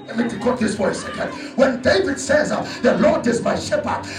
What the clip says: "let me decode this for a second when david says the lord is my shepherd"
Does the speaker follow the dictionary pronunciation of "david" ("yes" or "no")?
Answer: yes